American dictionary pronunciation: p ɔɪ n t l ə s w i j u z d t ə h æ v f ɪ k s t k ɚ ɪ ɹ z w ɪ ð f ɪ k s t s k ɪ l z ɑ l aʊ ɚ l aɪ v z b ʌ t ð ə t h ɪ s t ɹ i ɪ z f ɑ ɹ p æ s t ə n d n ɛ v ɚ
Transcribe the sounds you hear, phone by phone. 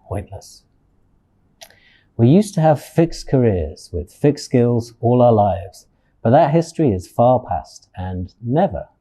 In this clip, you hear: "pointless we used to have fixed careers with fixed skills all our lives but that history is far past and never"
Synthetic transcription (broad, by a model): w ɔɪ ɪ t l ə s w i j u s t ə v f ɪ k s k ɚ ɪ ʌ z w ɪ ð f ɪ k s s k ɪ l z ɑ l aʊ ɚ l aɪ v z b ʌ t ð ə t h ɪ s t ɹ i ɪ z f ɑ p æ s t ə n n ɛ v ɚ